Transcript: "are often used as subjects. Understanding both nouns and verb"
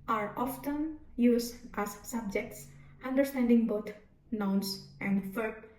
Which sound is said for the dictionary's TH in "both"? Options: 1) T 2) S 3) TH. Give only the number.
1